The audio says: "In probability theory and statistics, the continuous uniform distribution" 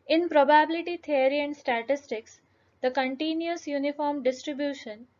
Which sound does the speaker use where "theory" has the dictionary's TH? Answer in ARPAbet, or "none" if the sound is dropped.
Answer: T